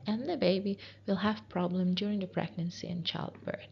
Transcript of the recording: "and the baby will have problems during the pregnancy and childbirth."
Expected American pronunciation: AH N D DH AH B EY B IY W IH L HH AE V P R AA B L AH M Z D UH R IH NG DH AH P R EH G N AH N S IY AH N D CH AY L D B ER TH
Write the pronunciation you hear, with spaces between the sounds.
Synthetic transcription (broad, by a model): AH N DH AH B EY B IY W IH L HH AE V P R AA B L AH M D UH R IH NG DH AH P R EH G N AH N S IY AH N CH AY L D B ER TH